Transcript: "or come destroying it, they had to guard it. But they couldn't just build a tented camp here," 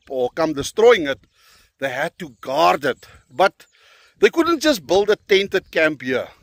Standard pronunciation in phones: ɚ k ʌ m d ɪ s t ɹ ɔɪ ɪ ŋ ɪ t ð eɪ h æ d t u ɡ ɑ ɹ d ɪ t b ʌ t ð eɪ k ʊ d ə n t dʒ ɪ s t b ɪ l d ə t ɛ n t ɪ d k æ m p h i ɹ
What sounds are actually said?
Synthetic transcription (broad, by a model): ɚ k ʌ m d ɪ s t ɹ ɔɪ ɪ ŋ ɪ t ð eɪ h æ d t u ɡ ɑ ɹ d ɪ t b ʌ t ð eɪ k ʊ d ə n t dʒ ɪ s t b ɪ l d ə t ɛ n t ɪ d k æ m p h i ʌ